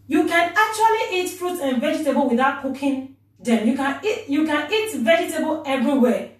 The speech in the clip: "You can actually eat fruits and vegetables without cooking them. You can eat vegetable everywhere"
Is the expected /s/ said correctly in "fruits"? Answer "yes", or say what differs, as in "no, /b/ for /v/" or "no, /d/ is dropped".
no, /s/ is dropped